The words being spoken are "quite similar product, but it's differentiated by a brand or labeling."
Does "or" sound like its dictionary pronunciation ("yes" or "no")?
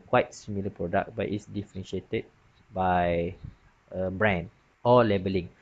no